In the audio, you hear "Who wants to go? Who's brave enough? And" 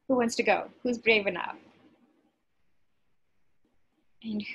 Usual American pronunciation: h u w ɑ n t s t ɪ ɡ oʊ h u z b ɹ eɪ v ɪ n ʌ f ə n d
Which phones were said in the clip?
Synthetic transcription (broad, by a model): h u w ɑ n t s t ɪ ɡ oʊ h u z b ɹ eɪ v ɪ n ʌ f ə n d